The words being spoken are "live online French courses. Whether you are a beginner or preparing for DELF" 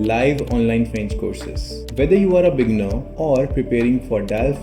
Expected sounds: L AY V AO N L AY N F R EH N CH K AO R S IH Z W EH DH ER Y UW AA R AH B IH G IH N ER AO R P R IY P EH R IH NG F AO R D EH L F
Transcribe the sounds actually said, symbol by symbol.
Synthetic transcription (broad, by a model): L AY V AO N L AY N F R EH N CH K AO R S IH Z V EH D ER Y UW AA R AH B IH G N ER AO R P R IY P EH R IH NG F AO R D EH L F